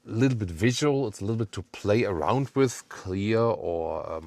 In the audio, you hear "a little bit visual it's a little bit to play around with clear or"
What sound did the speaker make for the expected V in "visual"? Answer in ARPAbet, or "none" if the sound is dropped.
V